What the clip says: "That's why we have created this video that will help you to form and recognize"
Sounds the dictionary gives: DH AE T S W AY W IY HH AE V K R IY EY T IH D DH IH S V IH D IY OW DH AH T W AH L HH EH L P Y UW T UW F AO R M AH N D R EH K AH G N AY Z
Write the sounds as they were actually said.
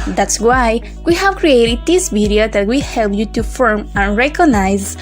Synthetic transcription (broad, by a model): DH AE T S W AY W IY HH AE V K R IY EY T IH D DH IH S P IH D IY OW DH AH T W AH HH EH L P Y UW T UW F AO R M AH N R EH K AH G N AY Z